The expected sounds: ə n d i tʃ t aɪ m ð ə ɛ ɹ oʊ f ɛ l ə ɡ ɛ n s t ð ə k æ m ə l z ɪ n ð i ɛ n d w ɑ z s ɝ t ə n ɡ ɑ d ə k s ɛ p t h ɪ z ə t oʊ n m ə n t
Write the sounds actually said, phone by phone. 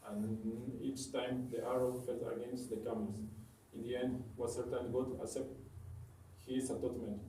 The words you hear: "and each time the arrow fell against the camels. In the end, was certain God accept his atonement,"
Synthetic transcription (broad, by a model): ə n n i tʃ t aɪ m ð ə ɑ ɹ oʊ f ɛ l ə ɡ ɛ n s t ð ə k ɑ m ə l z ɪ n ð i ɛ n d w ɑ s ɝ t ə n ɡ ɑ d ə s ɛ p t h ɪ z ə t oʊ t m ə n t